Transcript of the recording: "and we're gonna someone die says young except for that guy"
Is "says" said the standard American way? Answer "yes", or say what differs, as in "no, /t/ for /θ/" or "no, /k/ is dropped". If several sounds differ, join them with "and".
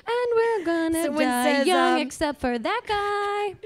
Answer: no, /z/ is dropped